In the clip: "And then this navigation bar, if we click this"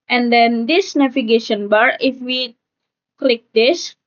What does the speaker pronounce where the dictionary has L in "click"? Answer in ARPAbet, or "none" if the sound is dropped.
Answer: L